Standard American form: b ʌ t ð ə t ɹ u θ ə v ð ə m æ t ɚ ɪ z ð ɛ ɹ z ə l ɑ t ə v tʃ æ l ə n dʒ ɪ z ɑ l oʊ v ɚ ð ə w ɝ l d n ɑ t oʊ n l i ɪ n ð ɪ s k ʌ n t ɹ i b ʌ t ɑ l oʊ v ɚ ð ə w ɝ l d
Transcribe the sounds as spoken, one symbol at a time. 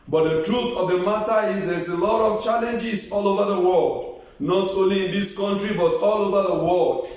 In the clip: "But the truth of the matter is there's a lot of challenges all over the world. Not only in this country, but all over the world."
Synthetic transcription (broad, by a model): b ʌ t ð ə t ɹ u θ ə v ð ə m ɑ t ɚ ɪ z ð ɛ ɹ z ə l ɑ t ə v tʃ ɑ l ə n dʒ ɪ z ɑ l oʊ v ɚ ð ə w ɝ l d n ɑ t oʊ n l i ɪ n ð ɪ s k ʌ n t ɹ i b ʌ t ɑ l oʊ v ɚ ð ə w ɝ l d